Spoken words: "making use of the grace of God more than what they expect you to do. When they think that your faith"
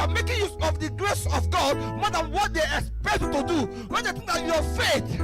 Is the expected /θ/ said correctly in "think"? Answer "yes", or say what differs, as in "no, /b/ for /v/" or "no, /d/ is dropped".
no, /t/ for /θ/